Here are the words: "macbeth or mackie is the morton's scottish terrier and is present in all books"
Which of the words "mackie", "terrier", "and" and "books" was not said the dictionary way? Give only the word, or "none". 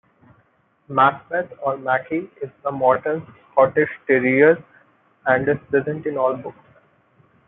none